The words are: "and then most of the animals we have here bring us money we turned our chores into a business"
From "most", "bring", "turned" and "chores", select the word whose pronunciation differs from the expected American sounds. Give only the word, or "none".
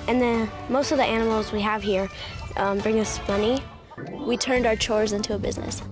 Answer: none